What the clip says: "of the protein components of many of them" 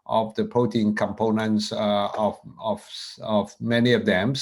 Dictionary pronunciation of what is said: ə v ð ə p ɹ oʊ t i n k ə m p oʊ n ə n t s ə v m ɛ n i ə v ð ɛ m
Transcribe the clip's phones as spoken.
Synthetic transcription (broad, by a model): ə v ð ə p oʊ t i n k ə m p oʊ n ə n t s ə v m ɛ n i ə v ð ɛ m